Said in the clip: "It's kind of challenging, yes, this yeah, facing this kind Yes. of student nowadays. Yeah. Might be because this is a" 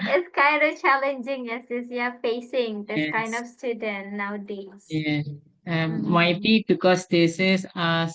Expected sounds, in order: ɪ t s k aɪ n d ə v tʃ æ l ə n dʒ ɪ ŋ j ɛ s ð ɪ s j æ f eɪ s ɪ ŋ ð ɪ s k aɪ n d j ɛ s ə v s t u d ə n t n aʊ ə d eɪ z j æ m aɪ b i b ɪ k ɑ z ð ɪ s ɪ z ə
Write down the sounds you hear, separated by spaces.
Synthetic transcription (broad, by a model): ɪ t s k aɪ n d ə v tʃ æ l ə n dʒ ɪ ŋ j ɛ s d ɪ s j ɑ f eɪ s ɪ ŋ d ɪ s k aɪ n d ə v s t u d ə n t n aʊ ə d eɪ j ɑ m aɪ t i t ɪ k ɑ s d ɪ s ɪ s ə